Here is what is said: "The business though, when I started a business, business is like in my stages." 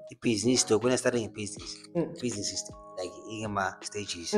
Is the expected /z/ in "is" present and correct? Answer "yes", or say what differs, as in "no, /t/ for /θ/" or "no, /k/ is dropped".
no, /s/ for /z/